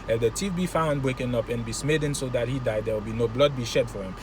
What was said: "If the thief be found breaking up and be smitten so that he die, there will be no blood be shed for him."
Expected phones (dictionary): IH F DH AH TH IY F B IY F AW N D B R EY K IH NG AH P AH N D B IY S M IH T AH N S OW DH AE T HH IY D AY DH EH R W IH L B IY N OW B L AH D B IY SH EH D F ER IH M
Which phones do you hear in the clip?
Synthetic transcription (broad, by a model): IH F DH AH T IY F B IY F AW N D B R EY K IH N AH P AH N B IY S M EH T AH N S OW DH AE T HH IY D AY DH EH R W IH L B IY N OW B L AH D B IY SH EH D F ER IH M